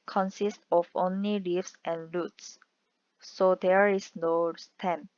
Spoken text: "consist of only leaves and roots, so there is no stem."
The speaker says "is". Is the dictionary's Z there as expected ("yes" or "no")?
no